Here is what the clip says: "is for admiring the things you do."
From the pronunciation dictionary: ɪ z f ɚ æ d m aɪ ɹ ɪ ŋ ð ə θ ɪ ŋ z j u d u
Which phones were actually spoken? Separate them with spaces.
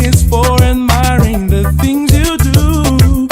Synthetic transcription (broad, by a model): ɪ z f ɚ æ d m aɪ ɹ ɪ ŋ ð ə θ ɪ ŋ z j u d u